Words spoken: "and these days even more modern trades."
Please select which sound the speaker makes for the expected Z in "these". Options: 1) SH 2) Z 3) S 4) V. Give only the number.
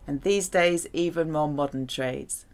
2